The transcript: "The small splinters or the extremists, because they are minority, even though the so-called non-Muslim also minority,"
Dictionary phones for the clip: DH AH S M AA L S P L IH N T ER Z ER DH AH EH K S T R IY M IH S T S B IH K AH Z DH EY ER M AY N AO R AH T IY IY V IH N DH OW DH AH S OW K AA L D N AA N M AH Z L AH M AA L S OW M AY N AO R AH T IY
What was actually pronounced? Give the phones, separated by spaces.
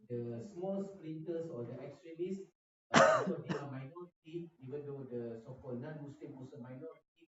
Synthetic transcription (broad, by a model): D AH S M AA L S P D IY N T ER S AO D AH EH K S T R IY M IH S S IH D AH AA M AY N AO R AH T IY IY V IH N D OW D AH S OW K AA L N AA N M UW S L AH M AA S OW M AY N AO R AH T IY